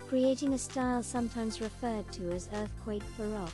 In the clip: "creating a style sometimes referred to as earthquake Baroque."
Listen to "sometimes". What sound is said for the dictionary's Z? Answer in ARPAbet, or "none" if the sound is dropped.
Z